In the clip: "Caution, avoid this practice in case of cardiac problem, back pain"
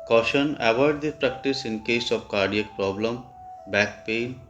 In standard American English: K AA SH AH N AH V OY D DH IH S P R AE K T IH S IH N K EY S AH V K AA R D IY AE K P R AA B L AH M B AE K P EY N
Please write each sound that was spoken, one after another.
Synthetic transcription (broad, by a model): K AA SH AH N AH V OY D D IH P R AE K T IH S IH N K EY S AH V K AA R D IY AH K P R AA B L AH M B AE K P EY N